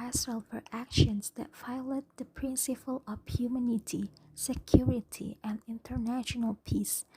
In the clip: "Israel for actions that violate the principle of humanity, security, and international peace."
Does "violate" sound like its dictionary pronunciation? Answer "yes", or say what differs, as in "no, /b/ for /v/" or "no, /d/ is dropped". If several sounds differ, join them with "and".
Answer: no, /f/ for /v/